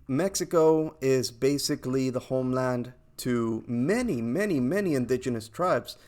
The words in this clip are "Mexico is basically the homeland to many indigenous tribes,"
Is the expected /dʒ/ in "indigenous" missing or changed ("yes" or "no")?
no